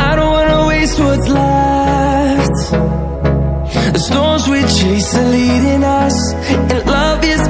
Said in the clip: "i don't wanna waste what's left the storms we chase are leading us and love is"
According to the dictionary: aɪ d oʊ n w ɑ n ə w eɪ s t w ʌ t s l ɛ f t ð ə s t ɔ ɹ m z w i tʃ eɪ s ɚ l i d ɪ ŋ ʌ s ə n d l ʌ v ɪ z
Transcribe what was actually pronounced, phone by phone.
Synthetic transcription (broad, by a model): aɪ d oʊ n w ɑ n ə w eɪ s t w ʌ t s l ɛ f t ð ə s t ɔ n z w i tʃ eɪ s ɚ l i d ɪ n ʌ s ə n l ʌ v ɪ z